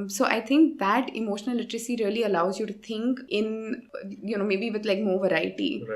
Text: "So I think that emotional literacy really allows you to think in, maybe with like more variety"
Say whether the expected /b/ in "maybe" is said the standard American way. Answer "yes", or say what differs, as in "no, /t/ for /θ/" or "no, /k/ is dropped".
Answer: yes